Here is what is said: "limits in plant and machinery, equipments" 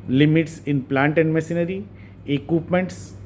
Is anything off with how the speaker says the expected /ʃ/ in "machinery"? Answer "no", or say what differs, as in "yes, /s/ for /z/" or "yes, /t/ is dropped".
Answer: yes, /s/ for /ʃ/